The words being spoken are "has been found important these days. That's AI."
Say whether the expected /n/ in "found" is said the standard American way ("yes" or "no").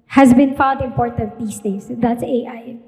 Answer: no